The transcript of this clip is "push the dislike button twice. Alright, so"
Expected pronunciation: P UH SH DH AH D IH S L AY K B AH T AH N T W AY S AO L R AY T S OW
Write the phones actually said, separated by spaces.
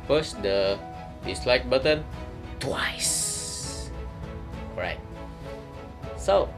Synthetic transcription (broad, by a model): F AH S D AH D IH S L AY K B AH T AH N T W AY S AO R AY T S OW